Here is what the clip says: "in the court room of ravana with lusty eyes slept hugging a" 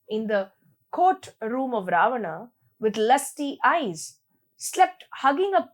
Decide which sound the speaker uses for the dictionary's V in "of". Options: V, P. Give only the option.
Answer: V